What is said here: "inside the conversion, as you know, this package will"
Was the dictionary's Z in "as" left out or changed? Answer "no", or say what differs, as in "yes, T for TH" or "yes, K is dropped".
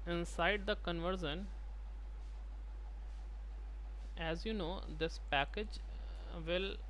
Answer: no